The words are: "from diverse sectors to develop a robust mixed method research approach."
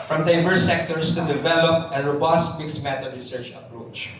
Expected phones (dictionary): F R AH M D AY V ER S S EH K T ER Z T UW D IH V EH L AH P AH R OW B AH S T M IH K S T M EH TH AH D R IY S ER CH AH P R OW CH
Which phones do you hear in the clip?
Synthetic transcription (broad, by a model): F R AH M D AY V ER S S EH K T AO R T UW D IH V EH L AH P AH R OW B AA S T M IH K S M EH T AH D R IY S ER CH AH P R OW CH